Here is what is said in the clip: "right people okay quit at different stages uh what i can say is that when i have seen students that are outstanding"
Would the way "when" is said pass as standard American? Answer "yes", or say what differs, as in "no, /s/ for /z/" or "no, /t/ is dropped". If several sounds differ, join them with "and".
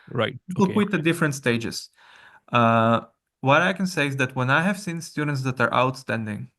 yes